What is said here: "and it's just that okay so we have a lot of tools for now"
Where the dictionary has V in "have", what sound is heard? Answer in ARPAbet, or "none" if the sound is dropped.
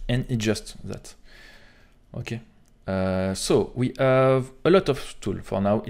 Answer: V